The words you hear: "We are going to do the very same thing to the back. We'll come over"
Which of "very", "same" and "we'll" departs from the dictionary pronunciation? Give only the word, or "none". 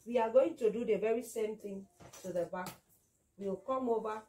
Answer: we'll